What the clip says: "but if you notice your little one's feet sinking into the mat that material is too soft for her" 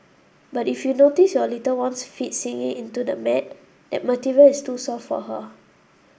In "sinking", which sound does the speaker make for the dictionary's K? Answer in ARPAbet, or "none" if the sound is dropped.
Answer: none